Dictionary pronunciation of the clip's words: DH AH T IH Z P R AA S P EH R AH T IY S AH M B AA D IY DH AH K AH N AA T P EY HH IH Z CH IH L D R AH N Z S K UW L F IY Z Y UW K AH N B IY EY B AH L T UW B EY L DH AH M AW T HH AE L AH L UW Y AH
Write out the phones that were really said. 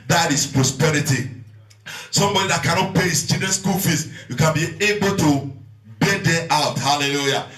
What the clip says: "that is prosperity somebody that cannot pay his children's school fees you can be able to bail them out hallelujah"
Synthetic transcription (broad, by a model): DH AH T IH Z P R AA S P EH R AH T IY S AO M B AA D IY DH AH K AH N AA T P EY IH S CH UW D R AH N S K UW L F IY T Y UW K AH N B IY EY B AH L T UW B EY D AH AW T HH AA L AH L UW Y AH